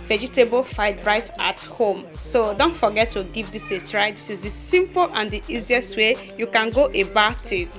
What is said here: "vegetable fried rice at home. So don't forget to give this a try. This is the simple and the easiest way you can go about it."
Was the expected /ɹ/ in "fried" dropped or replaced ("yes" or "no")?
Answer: yes